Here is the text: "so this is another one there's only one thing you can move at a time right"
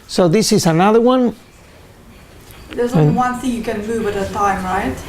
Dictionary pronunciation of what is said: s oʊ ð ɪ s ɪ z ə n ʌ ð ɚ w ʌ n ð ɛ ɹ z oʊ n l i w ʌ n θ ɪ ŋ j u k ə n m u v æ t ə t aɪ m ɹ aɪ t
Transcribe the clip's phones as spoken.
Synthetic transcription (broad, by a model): s oʊ ð ɪ s ɪ z ə n ʌ ð ɚ w ʌ n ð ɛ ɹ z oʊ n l w ʌ n θ ɪ ŋ j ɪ k ə n m u v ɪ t ə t aɪ m ɹ aɪ t